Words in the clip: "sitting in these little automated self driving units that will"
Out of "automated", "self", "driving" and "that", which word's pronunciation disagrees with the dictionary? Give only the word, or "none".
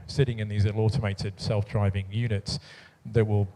none